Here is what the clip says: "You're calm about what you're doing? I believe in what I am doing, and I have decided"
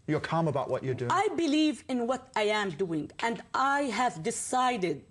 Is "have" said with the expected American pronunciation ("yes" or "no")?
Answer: yes